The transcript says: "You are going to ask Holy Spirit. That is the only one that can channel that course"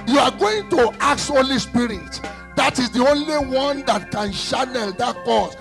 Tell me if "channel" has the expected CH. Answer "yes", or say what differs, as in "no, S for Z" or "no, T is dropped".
no, SH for CH